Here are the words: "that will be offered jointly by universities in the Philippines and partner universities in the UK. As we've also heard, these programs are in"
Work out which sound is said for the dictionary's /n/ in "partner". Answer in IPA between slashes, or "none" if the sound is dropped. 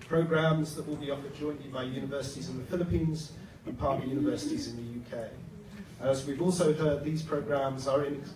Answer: none